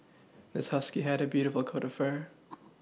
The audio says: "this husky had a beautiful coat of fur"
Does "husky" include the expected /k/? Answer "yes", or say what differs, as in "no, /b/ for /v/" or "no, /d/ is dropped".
yes